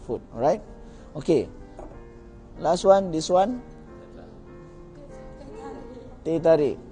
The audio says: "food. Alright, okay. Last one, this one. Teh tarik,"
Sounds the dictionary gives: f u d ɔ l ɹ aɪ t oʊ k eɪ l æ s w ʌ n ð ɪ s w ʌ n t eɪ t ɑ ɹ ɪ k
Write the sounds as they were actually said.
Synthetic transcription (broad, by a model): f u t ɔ ɹ aɪ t oʊ k eɪ l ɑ s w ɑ n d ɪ s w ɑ n t eɪ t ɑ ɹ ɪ